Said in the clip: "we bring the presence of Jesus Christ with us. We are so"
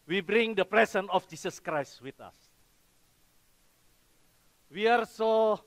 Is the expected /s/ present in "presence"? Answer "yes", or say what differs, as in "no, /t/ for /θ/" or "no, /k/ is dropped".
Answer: no, /s/ is dropped